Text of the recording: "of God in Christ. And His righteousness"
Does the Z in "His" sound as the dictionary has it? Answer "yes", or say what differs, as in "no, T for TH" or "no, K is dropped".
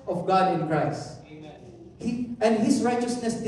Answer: no, S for Z